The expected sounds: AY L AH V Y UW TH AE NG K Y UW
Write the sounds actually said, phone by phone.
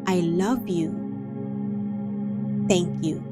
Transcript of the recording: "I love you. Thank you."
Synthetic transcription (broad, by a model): AY L AH V Y UW T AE NG K Y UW